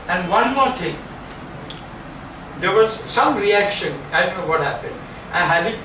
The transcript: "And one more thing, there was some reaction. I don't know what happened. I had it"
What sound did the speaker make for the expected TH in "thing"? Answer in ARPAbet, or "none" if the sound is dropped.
T